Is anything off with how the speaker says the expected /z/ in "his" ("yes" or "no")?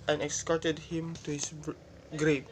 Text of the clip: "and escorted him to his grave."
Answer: yes